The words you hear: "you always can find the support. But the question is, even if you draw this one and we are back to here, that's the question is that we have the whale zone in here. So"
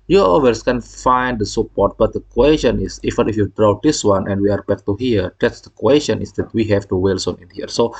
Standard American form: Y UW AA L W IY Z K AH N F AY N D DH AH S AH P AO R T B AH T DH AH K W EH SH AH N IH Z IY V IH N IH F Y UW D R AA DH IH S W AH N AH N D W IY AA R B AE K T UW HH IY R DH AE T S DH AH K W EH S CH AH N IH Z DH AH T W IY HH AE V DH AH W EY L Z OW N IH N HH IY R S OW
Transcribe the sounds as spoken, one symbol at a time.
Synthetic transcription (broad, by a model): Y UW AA W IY S K AH N F AY N D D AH S AH P AO R T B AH T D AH K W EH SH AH N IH S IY F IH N IH F Y UW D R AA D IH S W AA N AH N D W IY AA R B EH K T UW HH IY R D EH T S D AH K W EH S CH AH N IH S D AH T W IY HH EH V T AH W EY L S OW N IH N HH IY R S OW